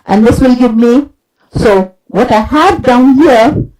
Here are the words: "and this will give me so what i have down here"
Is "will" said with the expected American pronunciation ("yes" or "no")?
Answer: yes